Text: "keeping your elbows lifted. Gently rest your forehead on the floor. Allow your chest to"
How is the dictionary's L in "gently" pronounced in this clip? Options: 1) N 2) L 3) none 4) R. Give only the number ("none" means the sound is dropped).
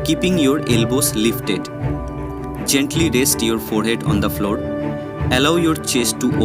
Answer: 2